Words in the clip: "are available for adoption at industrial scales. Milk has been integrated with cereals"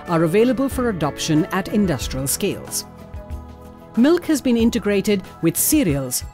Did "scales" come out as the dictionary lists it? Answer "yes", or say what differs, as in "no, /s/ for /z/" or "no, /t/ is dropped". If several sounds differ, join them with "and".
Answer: yes